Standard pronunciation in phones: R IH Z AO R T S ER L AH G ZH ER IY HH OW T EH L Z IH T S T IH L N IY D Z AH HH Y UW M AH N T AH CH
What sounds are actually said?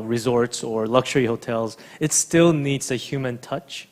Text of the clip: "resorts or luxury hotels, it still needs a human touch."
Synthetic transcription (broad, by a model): R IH Z AO R T S ER L AH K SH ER IY HH OW T EH L Z IH T S T IH L N IY D Z AH HH Y UW M AH N T AH CH